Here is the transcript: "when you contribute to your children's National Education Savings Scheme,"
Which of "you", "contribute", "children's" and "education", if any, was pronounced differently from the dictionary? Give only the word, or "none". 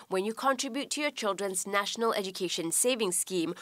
none